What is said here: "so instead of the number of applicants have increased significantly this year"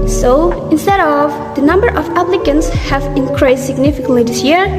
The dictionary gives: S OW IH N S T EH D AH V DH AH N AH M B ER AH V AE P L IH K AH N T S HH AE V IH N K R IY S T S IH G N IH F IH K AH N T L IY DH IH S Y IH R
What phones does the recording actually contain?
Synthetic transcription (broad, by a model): S OW IH N S T EH D AH V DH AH N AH M B ER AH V AE P L IH K AH N T S HH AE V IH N K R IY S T S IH G N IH F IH K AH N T L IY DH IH S Y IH R